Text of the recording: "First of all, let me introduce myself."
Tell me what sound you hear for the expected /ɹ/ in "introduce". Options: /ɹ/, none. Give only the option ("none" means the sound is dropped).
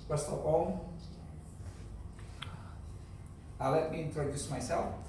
/ɹ/